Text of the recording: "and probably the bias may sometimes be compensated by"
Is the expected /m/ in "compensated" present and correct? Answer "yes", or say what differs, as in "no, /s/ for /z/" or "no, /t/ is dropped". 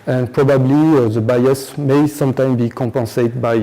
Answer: no, /m/ is dropped